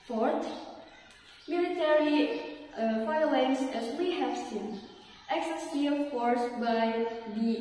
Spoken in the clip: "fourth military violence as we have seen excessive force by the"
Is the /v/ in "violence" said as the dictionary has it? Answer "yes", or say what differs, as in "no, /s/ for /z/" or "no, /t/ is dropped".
no, /f/ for /v/